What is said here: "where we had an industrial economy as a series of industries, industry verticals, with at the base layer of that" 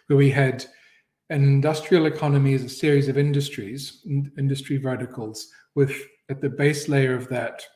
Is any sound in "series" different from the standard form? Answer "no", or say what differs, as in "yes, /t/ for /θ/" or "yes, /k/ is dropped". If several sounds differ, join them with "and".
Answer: no